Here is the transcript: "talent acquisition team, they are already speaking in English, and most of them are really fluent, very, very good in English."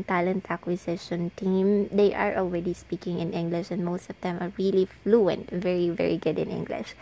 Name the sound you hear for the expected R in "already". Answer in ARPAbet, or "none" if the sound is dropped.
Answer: R